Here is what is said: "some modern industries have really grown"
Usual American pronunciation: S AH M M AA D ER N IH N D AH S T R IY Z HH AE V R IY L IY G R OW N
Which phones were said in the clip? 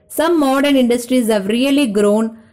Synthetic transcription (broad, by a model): S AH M M AA D ER N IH N D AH S T R IY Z HH AE V R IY L IY G R OW N